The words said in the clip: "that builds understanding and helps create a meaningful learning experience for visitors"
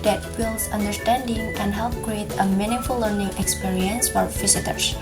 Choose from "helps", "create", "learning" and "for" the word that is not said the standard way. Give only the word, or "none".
helps